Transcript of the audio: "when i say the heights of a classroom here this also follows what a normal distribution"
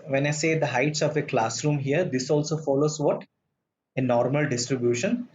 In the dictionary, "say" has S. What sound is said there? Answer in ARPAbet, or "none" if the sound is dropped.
S